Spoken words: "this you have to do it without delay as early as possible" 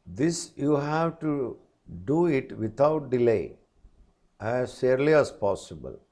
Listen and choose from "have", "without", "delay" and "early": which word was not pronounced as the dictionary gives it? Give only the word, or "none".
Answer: without